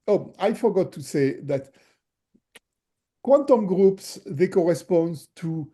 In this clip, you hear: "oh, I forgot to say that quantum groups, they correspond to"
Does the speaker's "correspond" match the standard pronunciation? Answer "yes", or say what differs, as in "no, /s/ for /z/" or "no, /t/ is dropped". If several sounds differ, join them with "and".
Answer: yes